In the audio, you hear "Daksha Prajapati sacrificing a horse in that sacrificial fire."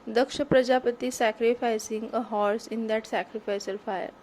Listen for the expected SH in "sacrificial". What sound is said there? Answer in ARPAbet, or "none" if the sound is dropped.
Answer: S